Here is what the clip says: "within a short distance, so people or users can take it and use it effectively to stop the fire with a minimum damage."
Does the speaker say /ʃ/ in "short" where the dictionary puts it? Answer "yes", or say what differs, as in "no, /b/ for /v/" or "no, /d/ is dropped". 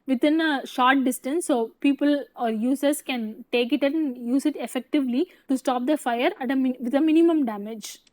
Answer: yes